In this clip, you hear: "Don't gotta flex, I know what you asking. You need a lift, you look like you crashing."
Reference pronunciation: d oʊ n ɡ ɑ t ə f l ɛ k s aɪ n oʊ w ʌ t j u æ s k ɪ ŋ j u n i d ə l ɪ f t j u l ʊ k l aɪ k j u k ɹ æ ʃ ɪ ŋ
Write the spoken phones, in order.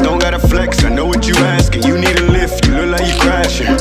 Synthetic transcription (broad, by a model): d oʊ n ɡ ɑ t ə f l ɛ k s aɪ n oʊ w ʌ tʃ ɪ æ s k ɪ ŋ j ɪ n i d ə l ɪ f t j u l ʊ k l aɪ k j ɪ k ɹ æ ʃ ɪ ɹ